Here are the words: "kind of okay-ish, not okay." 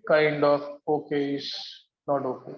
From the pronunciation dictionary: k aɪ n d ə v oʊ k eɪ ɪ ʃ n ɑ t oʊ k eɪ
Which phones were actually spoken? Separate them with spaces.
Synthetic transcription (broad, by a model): k aɪ n d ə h oʊ k eɪ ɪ s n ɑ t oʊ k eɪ